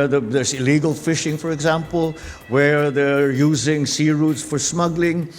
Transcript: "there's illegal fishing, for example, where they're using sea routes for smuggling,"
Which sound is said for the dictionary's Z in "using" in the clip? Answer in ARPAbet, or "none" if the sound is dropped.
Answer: Z